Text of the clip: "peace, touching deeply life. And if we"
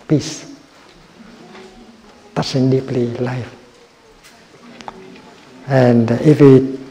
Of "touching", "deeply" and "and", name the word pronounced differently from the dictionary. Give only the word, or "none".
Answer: touching